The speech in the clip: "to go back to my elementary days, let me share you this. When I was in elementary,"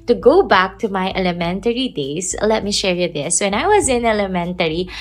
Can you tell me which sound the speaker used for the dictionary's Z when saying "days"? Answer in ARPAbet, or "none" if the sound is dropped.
S